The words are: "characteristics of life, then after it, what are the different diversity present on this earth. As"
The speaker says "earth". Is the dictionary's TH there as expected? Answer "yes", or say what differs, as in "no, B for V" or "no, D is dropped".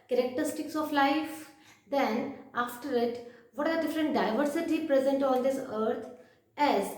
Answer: no, T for TH